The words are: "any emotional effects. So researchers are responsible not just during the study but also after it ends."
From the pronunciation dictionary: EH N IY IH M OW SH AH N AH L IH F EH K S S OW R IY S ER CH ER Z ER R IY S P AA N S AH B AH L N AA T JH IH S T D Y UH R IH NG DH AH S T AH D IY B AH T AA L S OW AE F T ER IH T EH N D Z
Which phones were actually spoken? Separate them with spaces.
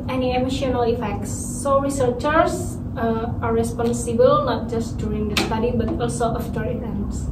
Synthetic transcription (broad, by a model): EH N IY IH M OW SH AH N AH L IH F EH K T S OW R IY S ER CH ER S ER R IY S P AA N S AH B AH L N AA T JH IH S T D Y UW R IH NG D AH S T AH D IY B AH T AA L S OW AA F T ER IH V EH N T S